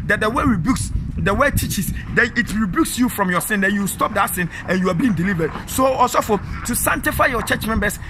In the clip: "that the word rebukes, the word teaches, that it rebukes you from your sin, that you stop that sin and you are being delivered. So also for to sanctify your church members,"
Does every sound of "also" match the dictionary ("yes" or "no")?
no